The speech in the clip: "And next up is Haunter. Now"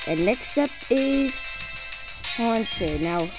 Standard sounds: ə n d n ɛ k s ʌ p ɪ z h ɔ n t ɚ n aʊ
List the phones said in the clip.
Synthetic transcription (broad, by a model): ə n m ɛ k s ʌ p ɪ z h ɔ n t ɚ n aʊ